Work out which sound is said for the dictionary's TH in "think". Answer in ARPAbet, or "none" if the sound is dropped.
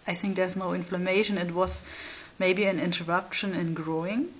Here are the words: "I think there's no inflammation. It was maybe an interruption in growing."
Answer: TH